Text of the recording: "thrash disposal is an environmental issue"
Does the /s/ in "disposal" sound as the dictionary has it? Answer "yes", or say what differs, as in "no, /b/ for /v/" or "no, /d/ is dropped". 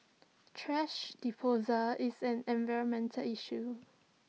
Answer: no, /s/ is dropped